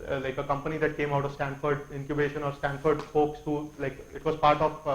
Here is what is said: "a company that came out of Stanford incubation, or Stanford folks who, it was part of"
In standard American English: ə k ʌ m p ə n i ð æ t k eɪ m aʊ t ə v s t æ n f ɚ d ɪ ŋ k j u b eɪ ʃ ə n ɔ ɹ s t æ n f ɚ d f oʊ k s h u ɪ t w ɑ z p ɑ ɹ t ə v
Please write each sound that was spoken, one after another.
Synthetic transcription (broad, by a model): ə k ʌ m p ə n i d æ t k eɪ m aʊ t ə v s t æ n f ɚ d ɪ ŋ k j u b eɪ ʃ ə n ɔ ɹ s t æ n f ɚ d p oʊ k s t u ɪ t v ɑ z p ɑ ɹ t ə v